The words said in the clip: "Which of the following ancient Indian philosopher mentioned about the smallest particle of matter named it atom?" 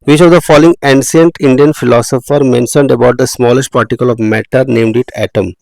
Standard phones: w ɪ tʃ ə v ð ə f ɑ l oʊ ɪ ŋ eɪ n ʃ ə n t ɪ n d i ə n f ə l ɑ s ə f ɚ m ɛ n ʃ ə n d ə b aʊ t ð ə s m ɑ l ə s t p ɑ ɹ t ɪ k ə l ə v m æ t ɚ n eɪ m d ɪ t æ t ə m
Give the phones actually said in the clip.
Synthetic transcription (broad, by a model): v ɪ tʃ ə v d ə f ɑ l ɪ ŋ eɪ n s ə n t ɪ n d i ə n f ə l ɑ s ə f ɚ m ɛ n ʃ ə n d ə b aʊ t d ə s m ɑ l ə s t p ɑ ɹ t ɪ k ə l ə v m æ t ɚ n eɪ m d ɪ t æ t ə m